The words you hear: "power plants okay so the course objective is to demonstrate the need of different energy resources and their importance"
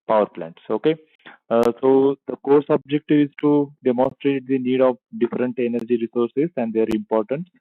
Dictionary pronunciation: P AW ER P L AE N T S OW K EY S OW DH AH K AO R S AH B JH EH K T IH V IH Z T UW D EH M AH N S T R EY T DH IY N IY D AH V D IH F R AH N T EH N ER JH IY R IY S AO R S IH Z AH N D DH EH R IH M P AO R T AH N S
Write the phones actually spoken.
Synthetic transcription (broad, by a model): P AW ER P L AE N T S OW K EY S OW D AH K AO R S AH B JH EH K T IH V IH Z T UW D EH M AH N S T R EY T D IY N IY D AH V D IH F R AH N T EH N ER JH IY R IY S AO R S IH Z AH N D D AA R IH M P AO R T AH N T